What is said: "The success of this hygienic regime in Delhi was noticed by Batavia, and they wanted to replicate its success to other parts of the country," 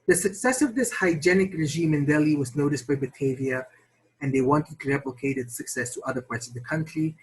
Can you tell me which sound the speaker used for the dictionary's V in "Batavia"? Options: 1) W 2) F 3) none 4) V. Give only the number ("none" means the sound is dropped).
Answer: 4